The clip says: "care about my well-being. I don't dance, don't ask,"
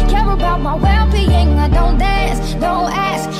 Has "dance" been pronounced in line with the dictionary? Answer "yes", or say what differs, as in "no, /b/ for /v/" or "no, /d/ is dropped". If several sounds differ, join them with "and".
no, /n/ is dropped